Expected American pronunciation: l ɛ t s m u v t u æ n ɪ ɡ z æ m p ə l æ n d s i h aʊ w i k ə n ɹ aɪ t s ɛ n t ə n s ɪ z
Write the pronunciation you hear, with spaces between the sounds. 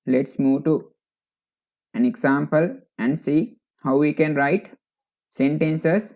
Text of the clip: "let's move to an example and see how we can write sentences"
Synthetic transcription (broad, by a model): l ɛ t s m u v t u æ n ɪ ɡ s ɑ m p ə l æ n d s i h aʊ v i k ə n ɹ aɪ t s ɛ n t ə n s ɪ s